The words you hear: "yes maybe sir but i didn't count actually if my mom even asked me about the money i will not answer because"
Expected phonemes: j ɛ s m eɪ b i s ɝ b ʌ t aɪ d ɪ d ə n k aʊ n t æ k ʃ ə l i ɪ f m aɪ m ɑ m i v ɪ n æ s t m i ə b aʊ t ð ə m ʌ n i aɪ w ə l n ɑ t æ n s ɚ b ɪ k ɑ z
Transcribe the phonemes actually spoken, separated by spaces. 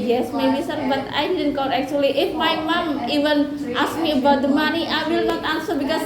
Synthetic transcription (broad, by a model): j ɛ s m eɪ b i s ɝ b ʌ t aɪ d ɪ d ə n k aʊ t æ k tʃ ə l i ɪ f m aɪ m ɑ m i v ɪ n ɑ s m i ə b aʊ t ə m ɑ n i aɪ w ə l n ɑ t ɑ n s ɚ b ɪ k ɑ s